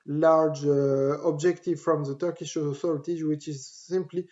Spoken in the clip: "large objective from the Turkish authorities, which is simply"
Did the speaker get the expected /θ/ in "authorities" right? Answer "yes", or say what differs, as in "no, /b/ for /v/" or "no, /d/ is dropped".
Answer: no, /s/ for /θ/